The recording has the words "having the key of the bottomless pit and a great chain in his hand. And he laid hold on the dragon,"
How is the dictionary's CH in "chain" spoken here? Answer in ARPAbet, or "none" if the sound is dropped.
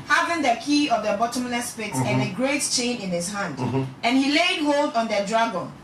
CH